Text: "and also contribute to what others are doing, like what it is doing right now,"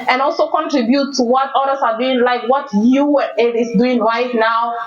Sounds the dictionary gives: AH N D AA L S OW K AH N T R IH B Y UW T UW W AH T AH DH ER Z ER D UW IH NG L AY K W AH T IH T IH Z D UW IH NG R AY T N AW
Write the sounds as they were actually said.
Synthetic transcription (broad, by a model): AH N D AA L S OW K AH N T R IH B Y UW T UW W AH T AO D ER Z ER D UW IH NG L AY K W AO T IH T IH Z D UW IH NG R AY T N AW